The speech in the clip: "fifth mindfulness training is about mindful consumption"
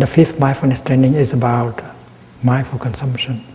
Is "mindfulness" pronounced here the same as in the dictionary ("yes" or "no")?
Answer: no